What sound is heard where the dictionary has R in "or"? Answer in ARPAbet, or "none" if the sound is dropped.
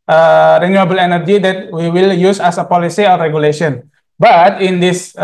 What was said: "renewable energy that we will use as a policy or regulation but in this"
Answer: L